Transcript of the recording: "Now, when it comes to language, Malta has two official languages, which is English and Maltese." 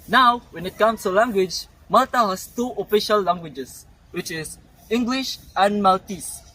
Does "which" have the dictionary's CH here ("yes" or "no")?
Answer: yes